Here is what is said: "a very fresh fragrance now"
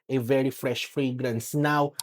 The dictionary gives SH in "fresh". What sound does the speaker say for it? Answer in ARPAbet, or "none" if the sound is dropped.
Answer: SH